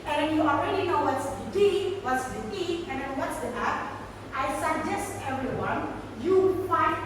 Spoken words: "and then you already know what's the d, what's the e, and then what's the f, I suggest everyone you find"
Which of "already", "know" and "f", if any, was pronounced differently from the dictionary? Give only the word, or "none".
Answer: f